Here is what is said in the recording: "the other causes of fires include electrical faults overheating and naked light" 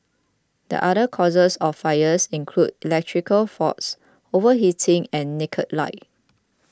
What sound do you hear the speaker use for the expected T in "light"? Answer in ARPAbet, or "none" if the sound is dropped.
none